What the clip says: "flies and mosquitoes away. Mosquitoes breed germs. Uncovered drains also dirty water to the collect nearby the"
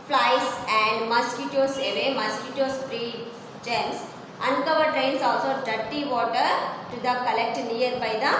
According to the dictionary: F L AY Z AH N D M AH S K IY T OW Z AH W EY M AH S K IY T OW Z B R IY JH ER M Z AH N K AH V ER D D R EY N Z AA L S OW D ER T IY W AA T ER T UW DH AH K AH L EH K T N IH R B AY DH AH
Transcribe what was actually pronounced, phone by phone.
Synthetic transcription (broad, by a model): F L AY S AH N D M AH S K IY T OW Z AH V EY M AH S K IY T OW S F R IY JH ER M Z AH N K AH V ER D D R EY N S AA L S OW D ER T IY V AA T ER T UW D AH K AH L EH K T N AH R B AY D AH